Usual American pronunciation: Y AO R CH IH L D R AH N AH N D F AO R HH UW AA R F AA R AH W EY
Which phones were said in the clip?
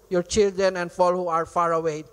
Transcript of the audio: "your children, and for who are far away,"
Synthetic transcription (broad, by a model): Y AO R CH IH L D R AH N AH N D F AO L HH UW AA R F AA R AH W EY